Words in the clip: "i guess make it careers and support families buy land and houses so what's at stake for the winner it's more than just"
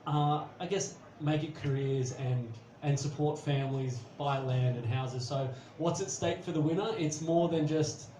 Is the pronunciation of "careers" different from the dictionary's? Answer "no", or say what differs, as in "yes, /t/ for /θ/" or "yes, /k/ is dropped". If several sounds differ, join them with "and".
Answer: no